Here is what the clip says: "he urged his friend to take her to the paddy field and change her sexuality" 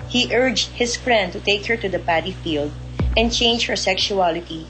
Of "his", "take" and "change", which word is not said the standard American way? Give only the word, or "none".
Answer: his